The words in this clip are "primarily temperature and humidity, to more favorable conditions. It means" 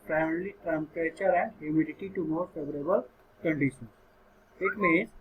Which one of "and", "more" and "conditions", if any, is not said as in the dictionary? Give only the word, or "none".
conditions